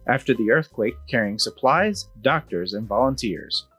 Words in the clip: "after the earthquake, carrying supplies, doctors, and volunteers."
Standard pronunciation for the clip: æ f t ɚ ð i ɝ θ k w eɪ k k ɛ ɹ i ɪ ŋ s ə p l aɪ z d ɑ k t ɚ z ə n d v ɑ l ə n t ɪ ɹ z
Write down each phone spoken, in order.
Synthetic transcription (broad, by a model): æ f t ɚ ð i ɝ θ k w eɪ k k ɛ ɹ i ɪ ŋ s ə p l aɪ z d ɑ k t ɚ z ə n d v ɑ l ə n t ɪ ɹ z